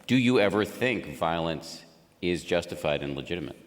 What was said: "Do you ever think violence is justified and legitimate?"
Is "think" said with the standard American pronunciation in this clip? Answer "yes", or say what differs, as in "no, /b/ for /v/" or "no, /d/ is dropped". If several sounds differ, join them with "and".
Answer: yes